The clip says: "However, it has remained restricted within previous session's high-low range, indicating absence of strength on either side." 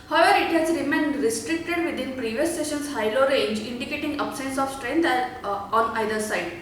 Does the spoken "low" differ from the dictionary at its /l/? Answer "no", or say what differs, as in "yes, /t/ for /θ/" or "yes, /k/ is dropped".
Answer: no